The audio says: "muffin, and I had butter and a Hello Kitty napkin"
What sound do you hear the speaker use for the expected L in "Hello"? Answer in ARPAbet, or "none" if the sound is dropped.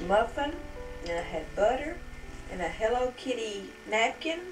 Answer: L